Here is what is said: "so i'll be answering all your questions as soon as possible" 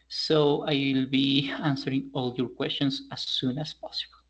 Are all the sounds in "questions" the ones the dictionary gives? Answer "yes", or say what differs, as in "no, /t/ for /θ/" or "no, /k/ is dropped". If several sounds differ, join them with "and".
no, /s/ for /z/